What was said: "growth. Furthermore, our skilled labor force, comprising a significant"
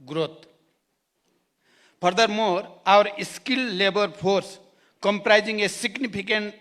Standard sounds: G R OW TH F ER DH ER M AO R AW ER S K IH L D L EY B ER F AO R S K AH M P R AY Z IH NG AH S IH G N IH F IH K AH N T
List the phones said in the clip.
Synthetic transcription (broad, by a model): G R OW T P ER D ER M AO R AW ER S K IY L L EY B ER P AO R S K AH M P R AY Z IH NG AH S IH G N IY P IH K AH N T